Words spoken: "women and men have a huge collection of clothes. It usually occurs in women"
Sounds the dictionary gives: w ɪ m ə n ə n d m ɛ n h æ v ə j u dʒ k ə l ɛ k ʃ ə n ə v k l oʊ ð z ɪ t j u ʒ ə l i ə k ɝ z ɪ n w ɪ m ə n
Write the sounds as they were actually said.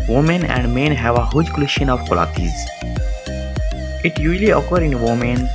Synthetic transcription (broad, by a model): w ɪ m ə n ə n d m ɛ n h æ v ə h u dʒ k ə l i ʃ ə n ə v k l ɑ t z ɪ t j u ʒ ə l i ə k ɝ ɪ n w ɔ m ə n